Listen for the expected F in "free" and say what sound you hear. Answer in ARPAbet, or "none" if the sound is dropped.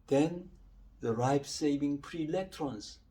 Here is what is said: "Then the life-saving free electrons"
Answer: P